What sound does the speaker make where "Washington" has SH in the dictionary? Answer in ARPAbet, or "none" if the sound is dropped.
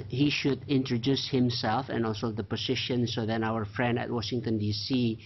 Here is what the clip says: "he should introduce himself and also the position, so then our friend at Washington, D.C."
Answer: SH